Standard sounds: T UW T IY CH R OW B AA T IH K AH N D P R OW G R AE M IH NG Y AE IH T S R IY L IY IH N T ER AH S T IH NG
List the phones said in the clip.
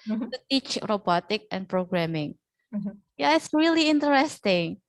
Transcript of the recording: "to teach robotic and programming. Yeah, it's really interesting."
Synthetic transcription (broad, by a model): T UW T IY CH R OW B AA T IH K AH N P R OW G R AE M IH NG Y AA IH T S R IY L IY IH N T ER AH S T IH NG